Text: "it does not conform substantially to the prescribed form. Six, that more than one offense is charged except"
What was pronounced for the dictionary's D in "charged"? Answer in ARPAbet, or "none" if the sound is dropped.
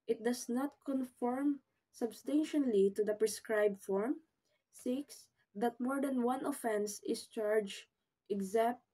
none